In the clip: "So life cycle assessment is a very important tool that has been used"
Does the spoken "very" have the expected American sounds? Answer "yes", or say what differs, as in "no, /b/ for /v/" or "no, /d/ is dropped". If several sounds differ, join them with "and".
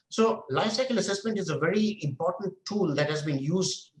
yes